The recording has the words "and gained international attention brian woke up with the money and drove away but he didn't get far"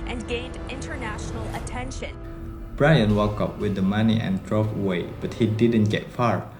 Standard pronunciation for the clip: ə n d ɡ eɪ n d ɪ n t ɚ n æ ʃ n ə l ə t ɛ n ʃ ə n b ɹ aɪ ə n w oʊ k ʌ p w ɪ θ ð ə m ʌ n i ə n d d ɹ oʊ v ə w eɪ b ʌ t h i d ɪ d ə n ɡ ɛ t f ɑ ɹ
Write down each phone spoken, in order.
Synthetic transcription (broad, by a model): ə n ɡ eɪ n d ɪ n t ɚ n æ ʃ n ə l ə t ɛ n ʃ ə n b ɹ aɪ ə n w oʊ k ʌ p w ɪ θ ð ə m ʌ n i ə n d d ɹ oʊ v ə w eɪ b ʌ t h i d ɪ d ə n ɡ ɛ t f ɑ ɹ